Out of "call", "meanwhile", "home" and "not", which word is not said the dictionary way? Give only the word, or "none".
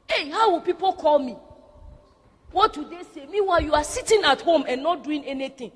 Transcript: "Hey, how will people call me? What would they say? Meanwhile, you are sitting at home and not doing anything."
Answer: meanwhile